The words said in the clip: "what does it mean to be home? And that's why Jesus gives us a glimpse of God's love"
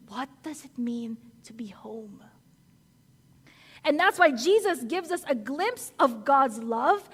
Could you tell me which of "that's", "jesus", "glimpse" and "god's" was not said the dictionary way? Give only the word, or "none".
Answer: none